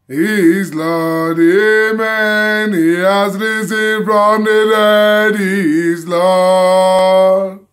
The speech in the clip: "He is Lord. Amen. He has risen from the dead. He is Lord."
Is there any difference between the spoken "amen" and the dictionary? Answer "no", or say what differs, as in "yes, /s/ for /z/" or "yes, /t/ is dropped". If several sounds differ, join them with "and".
no